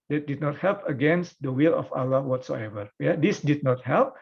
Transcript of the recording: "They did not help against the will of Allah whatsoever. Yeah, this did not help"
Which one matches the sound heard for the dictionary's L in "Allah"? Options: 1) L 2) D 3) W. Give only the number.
1